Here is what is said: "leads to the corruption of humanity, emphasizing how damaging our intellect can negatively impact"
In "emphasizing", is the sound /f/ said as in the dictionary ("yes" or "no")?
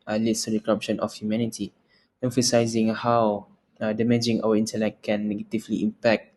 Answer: yes